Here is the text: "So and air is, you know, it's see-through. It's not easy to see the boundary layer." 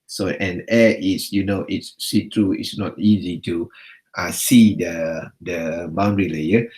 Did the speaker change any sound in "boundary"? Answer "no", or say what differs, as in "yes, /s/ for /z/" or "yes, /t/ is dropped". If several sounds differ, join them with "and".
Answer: no